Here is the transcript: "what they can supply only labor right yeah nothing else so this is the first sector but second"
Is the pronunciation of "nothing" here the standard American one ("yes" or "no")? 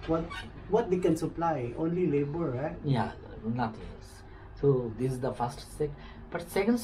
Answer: no